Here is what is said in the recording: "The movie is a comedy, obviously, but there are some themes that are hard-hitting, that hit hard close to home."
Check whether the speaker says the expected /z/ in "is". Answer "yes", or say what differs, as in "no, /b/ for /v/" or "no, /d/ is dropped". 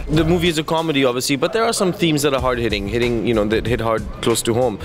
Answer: yes